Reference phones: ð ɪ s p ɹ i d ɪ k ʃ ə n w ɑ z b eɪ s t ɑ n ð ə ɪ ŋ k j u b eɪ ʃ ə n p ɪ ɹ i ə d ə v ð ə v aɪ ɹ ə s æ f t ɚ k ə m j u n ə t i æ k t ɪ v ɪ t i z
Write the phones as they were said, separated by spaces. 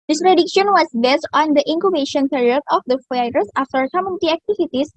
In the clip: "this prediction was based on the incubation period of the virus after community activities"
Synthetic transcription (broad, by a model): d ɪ s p ɹ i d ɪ k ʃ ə n w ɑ s b eɪ s t ɑ n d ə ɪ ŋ k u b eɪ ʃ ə n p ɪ ɹ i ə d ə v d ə f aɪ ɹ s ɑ f t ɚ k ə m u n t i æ k t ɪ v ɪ t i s